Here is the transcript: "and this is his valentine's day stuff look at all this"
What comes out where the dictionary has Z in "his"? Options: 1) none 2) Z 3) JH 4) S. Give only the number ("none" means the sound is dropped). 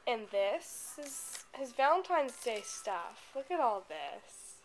2